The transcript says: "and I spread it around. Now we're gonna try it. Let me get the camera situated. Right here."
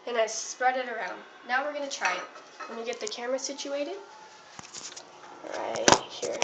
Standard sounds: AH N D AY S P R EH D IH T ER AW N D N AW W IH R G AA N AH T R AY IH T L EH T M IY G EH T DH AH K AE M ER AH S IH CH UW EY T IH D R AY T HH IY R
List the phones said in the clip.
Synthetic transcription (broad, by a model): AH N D AY S P R EH D IH T ER AW N D N AW W IH R G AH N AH T R AY IH T W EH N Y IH G EH T DH AH K AE M ER AH S IH CH UW EY T IH D R AY T HH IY R